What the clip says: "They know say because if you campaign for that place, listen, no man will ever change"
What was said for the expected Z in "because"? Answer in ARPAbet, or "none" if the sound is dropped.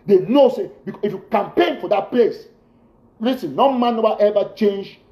none